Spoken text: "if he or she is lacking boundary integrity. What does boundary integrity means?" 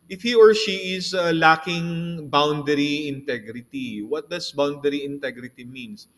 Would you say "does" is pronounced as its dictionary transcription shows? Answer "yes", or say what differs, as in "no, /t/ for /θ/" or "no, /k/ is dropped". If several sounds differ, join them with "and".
no, /s/ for /z/